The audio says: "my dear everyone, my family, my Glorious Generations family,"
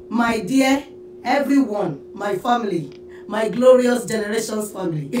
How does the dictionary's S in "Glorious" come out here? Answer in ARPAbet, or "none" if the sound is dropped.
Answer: S